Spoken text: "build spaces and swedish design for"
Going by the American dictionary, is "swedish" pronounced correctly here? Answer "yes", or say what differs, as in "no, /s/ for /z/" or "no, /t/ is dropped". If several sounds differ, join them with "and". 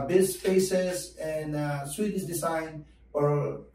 no, /s/ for /ʃ/